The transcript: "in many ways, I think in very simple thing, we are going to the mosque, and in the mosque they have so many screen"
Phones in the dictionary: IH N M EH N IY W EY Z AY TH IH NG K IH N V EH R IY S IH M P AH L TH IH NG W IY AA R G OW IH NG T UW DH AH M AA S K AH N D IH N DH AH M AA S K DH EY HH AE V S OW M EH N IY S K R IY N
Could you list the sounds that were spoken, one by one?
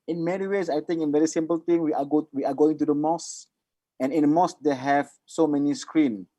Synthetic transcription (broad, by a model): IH N M EH N IY W EY S AY T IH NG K IH N V EH R IY S IH M P AH L T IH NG W IY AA W G OW IH NG T UW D AH M AA S AH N IH N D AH M AA S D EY HH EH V S OW M EH N IY S K R IY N